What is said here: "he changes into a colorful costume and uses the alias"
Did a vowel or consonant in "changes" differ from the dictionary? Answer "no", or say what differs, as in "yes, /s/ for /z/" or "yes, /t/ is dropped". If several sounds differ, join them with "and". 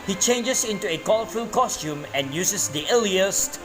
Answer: yes, /s/ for /z/